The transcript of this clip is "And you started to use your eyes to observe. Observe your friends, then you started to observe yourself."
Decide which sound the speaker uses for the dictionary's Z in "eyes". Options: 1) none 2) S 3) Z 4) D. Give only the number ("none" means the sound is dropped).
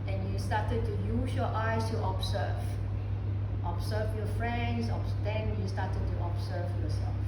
2